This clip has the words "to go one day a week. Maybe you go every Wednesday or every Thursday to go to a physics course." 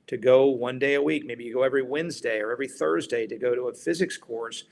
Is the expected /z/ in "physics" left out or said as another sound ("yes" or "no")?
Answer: no